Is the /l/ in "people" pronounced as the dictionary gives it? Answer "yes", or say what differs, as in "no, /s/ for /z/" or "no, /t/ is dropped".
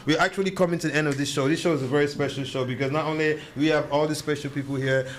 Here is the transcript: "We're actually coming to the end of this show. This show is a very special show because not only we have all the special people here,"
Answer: yes